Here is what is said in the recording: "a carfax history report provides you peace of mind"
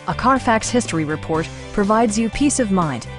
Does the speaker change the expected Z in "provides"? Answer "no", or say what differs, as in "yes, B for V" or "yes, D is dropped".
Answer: no